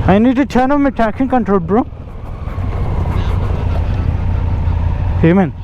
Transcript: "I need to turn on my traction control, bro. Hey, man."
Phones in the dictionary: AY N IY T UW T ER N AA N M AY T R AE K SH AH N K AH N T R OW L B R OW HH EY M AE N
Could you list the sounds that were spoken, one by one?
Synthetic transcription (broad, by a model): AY N IY T UW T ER N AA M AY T AE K S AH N K AH N T R OW L B R OW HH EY M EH N